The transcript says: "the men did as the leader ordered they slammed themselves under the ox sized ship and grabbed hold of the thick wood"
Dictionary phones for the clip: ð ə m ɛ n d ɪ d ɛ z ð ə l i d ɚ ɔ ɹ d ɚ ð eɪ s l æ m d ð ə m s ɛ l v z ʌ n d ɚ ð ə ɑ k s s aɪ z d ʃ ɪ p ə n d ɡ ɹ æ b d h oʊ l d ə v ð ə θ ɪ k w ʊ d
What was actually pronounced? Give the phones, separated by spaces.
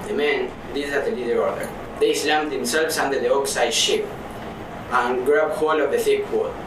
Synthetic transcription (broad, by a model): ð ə m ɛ n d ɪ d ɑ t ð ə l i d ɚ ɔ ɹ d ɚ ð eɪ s l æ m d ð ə m s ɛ l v s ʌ n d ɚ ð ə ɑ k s s aɪ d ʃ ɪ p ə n ɡ ɹ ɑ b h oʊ l ə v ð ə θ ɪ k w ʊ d